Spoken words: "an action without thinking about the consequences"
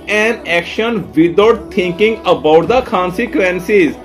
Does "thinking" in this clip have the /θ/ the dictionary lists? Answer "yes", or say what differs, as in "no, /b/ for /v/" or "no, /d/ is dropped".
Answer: no, /t/ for /θ/